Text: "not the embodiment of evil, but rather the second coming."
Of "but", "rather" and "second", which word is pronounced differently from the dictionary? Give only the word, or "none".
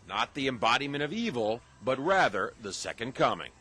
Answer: none